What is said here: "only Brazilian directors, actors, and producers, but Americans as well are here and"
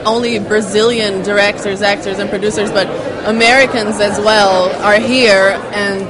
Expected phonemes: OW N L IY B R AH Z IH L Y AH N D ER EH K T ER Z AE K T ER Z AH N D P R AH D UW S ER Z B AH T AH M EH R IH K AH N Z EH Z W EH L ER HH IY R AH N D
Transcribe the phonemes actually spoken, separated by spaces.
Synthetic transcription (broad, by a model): OW N L IY B R AH Z IH L Y AH N D ER EH K T ER Z AE K T ER Z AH N P R AH D UW S ER Z B AH T AH M EH R IH K AH N Z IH Z W EH L ER HH IY R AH N